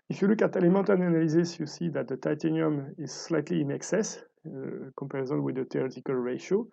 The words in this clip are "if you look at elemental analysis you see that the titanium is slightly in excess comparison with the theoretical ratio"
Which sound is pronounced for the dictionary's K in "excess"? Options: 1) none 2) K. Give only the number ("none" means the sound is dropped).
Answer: 2